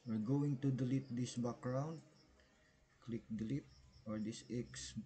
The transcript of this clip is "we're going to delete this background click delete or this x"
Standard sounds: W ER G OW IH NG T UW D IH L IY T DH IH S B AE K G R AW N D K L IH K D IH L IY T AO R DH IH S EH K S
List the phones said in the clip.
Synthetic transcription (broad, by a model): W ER G OW IH NG T UW D IH L IY T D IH S B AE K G R AW N D K L IH K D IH L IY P AO R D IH S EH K S